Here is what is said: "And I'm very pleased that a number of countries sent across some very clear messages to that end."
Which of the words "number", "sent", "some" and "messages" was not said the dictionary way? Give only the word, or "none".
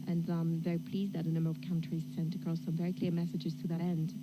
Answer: none